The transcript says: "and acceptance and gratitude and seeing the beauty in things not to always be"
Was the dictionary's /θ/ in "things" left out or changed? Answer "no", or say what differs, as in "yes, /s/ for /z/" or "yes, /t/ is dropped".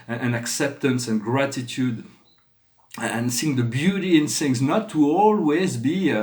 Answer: yes, /s/ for /θ/